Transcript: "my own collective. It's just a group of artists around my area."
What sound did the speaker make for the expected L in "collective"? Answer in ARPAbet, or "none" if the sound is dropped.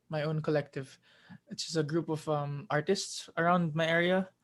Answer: L